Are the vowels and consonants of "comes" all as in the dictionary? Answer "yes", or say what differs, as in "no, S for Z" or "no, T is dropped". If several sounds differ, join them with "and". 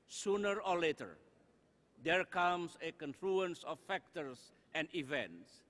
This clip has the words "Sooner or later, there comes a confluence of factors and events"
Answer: no, S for Z